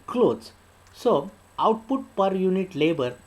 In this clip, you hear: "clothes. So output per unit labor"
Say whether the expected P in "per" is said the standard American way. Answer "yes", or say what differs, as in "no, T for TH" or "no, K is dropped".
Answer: yes